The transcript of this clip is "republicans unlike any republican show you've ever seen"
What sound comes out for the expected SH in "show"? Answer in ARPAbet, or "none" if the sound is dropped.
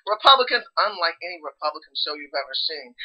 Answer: S